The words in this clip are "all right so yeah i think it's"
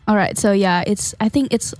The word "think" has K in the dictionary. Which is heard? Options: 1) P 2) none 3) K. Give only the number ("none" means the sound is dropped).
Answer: 3